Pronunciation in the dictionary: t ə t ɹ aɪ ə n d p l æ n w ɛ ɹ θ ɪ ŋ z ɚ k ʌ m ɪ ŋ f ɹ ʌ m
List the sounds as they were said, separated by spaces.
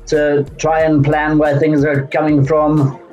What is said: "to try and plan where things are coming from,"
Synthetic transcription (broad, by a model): t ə t ɹ aɪ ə n p l æ n w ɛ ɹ θ ɪ ŋ z ɚ k ʌ m ɪ ŋ f ɹ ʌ m